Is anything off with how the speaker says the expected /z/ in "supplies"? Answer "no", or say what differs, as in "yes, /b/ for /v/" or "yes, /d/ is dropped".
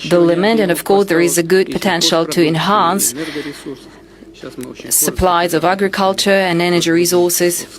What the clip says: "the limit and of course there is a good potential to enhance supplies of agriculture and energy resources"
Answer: no